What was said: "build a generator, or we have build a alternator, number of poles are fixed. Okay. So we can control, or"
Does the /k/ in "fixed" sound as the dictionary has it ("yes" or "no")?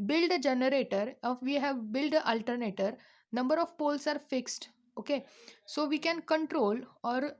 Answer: yes